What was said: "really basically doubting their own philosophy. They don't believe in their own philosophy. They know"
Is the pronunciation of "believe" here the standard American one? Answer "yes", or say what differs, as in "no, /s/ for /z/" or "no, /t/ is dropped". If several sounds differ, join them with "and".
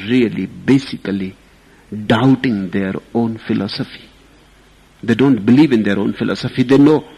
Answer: yes